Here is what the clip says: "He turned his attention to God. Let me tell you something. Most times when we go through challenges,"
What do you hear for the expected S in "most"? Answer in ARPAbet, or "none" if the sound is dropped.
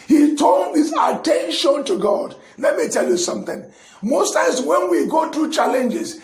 S